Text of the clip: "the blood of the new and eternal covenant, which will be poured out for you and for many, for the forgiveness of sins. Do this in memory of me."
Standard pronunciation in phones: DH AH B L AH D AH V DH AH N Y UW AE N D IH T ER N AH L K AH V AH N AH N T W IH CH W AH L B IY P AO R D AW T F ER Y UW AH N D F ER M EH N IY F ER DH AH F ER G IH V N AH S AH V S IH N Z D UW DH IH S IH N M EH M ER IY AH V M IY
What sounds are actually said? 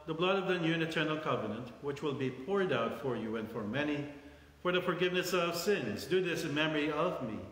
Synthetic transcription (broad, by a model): DH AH B L AH D AH V DH AH N Y UW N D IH T ER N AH L K AH V AH N AH N T W IH CH W AH L B IY P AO R D AW T F ER Y UW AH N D F ER M EH N IY F ER DH AH F ER G IH V N AH S AH V S IH N Z D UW DH IH S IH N M EH M ER IY AH V M IY